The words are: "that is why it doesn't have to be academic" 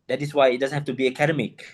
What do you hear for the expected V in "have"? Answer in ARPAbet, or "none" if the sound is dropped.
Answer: F